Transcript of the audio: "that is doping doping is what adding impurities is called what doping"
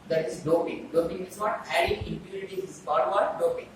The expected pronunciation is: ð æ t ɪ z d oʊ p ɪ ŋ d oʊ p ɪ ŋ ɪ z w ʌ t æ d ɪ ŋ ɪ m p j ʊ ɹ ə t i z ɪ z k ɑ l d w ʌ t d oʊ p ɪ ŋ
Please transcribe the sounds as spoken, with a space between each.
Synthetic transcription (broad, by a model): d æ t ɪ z d oʊ p ɪ ŋ d oʊ p ɪ ŋ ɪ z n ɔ t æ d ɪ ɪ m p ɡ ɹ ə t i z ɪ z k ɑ d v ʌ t d oʊ p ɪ ŋ